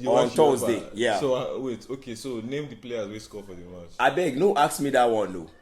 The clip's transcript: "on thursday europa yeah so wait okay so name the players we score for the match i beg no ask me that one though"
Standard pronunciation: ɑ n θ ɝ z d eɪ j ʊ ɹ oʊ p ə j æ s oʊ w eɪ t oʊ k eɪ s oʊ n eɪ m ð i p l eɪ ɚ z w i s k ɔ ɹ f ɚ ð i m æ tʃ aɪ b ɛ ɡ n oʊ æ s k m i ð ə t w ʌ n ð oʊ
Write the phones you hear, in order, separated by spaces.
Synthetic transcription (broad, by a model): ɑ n t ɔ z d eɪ j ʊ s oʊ ə w eɪ t oʊ k eɪ s oʊ n eɪ m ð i p l eɪ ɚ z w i s k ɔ f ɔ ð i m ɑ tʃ aɪ b ɛ ɡ n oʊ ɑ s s m i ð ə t w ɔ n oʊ